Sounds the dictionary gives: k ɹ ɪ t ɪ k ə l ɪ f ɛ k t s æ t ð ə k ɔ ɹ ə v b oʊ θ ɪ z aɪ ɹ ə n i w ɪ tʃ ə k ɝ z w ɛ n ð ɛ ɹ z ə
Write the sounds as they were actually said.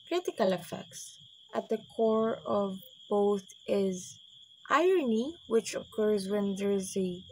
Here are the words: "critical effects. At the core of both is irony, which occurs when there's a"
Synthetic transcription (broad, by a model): k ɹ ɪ t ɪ k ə l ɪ f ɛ k t s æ t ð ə k ɔ ɹ ə v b oʊ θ ɪ z aɪ ɹ ə n i w ɪ tʃ ə k ɝ z w ɛ n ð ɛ ɹ z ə